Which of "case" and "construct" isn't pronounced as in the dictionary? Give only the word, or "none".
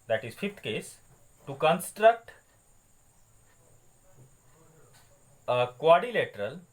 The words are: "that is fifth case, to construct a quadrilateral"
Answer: none